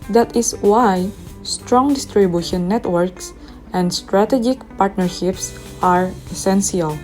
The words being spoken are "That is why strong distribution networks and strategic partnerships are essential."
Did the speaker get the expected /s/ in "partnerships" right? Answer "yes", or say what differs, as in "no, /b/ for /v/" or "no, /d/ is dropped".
yes